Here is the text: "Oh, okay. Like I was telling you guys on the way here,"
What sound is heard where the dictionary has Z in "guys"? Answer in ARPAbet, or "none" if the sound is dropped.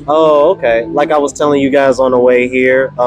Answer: Z